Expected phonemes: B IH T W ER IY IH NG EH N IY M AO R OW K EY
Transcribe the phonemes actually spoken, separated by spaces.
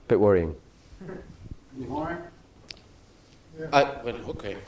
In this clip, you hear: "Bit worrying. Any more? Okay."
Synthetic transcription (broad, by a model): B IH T W ER IY IH NG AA IY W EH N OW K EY